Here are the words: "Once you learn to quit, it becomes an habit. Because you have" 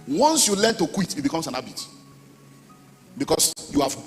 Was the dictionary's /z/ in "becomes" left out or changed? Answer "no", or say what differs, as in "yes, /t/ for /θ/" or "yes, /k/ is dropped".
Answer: yes, /s/ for /z/